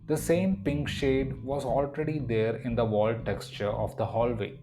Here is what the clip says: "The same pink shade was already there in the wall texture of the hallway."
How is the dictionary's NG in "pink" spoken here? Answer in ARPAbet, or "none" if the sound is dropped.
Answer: NG